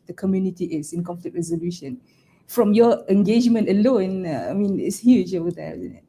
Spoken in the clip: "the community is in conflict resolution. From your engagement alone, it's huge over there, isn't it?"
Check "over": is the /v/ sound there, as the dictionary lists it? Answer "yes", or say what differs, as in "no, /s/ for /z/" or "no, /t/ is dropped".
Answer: no, /w/ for /v/